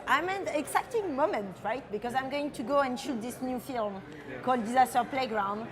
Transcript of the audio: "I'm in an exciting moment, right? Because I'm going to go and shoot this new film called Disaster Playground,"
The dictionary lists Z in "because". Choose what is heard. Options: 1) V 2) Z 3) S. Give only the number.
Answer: 2